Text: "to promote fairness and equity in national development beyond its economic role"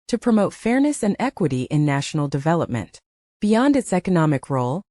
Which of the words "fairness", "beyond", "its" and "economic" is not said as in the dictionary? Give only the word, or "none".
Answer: none